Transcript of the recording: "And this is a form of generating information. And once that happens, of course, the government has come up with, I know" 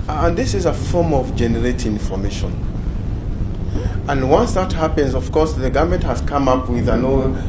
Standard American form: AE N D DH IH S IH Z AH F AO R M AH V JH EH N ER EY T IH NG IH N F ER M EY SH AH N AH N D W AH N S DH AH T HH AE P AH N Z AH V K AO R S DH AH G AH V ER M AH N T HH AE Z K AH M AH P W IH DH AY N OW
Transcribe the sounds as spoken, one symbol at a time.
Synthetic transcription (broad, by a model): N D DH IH S IH Z AH F AO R M AH V JH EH N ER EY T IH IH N F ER M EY SH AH N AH N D W AH N S DH AH T HH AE P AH N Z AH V K AO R S DH AH G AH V M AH N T HH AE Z K AH M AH P W IH DH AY N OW